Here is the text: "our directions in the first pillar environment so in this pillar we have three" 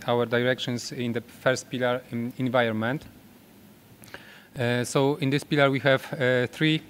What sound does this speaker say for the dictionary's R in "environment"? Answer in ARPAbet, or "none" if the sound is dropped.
none